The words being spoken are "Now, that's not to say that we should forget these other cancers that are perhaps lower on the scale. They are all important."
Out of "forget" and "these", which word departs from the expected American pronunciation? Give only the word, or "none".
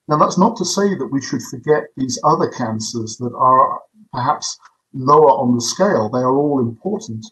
none